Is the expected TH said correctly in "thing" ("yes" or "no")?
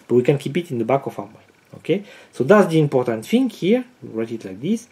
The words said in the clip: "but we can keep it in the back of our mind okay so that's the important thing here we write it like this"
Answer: no